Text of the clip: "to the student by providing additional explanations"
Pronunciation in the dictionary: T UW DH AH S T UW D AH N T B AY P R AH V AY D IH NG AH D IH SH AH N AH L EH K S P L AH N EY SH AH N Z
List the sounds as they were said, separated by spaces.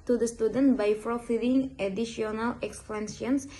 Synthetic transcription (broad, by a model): T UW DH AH S T UW D AH N T B AY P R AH F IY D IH NG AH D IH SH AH N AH L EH K S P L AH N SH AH N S